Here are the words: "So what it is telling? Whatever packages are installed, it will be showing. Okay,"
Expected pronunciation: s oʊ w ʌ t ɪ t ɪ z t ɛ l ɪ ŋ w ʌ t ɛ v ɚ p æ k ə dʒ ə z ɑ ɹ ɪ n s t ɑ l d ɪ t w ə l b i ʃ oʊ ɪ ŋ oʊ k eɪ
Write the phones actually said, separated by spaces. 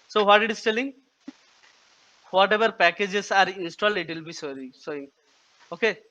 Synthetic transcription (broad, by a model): s oʊ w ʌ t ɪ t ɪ s t ɛ l ɪ ŋ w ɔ t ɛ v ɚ p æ k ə dʒ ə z ɑ ɹ ɪ n s t ɑ l d ɪ t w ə l b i s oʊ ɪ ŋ oʊ k eɪ